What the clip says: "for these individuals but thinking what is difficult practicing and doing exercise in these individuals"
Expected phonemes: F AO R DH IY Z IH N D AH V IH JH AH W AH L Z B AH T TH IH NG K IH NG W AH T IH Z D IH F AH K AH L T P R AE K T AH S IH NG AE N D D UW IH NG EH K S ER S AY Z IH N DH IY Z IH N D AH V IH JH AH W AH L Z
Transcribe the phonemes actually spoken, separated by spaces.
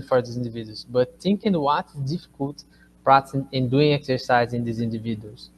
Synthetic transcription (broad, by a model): F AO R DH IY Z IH N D V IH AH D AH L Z B AH T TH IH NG K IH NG W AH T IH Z D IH F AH K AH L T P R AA T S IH N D D UW IH NG EH K S ER S AY Z IH N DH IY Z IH N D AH V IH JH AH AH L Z